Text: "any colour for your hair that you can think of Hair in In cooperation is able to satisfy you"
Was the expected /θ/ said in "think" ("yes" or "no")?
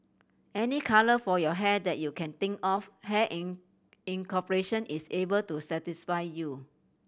no